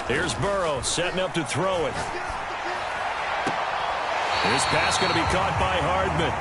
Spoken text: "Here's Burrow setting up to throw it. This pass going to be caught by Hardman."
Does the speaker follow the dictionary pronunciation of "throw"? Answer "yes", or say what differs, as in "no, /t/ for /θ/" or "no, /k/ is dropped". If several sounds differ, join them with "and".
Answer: yes